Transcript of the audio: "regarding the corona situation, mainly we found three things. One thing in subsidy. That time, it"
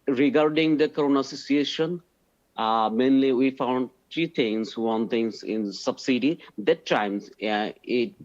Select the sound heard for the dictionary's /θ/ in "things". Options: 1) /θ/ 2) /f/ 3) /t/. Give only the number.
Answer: 3